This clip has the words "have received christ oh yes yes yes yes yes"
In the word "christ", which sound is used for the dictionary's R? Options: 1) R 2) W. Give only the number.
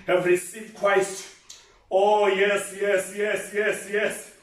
2